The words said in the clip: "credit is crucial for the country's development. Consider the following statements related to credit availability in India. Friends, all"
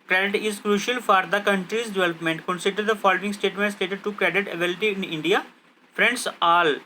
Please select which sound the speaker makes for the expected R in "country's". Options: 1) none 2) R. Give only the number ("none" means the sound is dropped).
2